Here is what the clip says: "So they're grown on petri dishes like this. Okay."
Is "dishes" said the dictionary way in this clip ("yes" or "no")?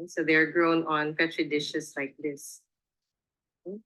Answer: no